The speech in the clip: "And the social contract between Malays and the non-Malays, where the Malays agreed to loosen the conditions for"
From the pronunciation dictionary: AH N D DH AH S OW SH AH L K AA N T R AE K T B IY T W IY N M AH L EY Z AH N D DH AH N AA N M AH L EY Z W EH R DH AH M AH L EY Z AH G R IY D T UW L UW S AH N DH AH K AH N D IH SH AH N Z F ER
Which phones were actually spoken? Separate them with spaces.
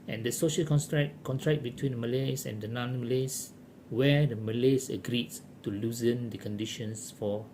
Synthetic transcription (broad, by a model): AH N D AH S OW SH AH L K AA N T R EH K T B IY T W IY N M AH L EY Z AH N D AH N AA N M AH L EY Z W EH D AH M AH L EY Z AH G R IY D T UW L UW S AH N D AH K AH N D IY SH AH N S F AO